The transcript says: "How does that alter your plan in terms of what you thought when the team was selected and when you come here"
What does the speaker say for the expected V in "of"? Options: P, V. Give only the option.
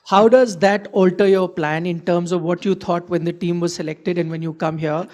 V